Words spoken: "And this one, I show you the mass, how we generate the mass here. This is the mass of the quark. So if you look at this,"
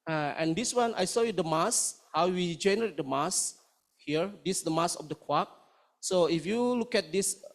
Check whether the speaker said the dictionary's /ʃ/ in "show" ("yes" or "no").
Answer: no